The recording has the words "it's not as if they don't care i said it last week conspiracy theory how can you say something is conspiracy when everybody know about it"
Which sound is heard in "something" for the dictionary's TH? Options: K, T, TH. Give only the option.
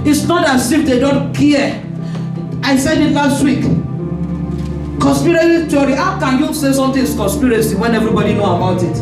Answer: T